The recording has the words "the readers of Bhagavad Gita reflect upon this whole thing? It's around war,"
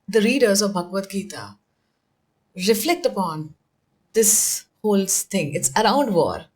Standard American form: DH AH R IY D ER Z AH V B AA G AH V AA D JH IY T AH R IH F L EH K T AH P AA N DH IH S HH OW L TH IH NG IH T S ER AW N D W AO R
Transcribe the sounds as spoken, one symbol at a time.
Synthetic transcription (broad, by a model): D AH R IY D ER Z AH V B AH G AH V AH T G IY T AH R IH F L EH K T AH P AA N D IH S HH OW L T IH NG IH T S ER AW N D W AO R